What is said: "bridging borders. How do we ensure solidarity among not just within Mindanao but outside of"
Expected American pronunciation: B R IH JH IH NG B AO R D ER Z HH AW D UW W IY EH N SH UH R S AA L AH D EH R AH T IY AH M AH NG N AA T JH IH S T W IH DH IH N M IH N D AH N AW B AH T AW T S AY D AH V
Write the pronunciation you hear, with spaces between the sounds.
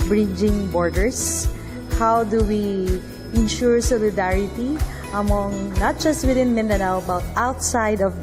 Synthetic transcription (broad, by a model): B R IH JH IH NG B AO R D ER S HH AW D UW W IY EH N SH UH R S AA L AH D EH R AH T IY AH M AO NG N AA T JH IH S T W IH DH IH N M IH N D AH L B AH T AW T S AY D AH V